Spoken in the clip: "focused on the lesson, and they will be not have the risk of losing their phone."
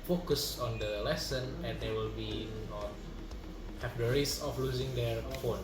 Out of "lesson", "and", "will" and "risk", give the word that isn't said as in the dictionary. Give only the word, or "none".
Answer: risk